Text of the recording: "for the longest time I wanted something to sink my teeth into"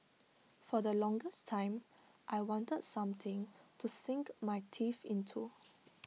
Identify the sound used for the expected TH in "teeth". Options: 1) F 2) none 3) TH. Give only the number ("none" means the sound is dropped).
1